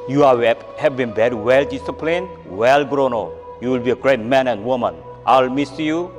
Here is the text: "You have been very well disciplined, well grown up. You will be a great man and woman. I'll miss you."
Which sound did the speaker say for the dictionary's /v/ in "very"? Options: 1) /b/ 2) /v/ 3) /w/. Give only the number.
1